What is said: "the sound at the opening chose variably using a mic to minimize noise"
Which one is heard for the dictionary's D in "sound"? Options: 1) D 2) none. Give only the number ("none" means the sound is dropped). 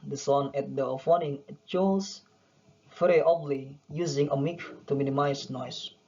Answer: 2